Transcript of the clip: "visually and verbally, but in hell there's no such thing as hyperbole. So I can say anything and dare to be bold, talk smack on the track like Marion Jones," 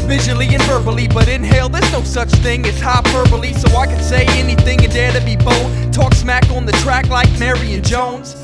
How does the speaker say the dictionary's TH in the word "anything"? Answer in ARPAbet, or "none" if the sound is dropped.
TH